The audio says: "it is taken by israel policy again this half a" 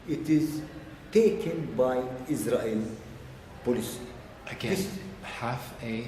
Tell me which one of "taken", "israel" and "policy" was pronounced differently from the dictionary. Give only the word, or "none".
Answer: none